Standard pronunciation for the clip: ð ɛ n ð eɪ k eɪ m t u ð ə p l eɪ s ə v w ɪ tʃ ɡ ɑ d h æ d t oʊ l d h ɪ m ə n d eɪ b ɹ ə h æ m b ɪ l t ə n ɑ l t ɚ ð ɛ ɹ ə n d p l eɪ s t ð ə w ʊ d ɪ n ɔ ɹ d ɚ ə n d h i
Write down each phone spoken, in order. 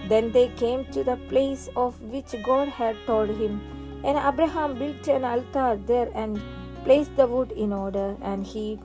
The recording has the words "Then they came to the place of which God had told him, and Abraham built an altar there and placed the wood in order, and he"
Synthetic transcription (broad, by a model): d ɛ n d eɪ k eɪ m t u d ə p l eɪ s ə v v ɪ tʃ ɡ ɑ d h æ d t oʊ l d h ɪ m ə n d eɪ b ɹ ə h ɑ m b ɪ l t ə n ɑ l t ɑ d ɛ ɹ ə n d p l eɪ s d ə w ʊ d ɪ n ɔ ɹ d ɚ ə n d h i